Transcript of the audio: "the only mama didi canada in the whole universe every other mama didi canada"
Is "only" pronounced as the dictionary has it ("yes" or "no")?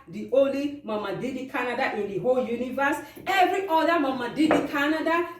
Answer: no